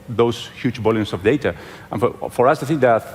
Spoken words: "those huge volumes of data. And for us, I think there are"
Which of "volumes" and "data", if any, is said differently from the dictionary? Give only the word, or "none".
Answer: volumes